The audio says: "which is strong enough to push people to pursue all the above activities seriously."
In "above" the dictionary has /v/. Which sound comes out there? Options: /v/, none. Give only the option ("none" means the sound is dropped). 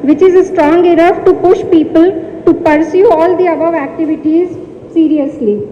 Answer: /v/